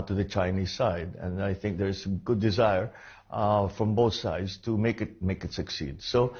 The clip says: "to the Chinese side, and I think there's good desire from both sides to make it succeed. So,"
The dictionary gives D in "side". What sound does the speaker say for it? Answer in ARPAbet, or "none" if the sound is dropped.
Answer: D